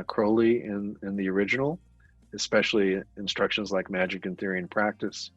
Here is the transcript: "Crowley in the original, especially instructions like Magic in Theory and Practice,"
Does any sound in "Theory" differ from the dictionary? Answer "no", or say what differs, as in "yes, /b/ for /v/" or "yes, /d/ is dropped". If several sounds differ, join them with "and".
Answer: no